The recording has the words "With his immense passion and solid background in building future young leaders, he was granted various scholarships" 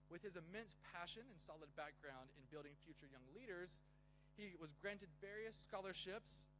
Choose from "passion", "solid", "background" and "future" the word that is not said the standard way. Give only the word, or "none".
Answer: none